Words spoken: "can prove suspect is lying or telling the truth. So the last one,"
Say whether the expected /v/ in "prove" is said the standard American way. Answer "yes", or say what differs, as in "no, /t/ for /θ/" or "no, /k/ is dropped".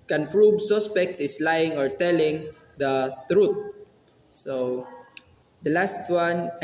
no, /b/ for /v/